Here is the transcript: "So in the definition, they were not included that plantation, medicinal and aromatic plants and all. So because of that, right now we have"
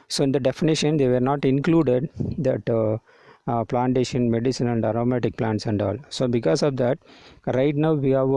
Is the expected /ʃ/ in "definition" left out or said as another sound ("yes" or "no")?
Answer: no